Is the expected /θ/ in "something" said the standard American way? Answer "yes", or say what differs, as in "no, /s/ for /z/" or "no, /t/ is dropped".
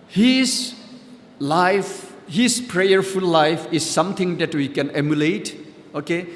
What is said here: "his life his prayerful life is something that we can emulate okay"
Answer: no, /t/ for /θ/